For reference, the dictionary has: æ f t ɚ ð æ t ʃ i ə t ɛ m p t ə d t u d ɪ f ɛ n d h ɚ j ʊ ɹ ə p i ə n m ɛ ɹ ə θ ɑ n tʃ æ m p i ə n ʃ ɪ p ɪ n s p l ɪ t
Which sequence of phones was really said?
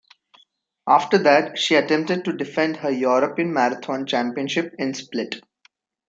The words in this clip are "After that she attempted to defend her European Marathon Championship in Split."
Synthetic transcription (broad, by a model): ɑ f t ɚ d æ t ʃ i ə t ɛ m p t ə d t u d ɪ f ɛ n d h ɚ j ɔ ɹ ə p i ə n m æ ɹ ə t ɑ n tʃ æ m p i ə n ʃ ɪ p ɪ n s p l ɪ t